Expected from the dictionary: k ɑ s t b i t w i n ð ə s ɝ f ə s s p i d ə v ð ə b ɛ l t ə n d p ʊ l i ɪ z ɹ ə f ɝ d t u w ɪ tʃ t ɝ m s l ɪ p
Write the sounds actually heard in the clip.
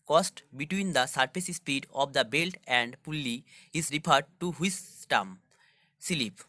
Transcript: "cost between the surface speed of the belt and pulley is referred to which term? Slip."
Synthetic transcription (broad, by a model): k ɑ s t b i t w i n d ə s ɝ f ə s s p i d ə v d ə b ɛ l t ə n d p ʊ l i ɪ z ɹ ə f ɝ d t u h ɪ s t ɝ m s l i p